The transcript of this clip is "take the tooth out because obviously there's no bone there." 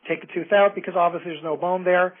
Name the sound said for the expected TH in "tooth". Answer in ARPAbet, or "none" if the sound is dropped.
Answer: TH